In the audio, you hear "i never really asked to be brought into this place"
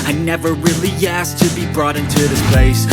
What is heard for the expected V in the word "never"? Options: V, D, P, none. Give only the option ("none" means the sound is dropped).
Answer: V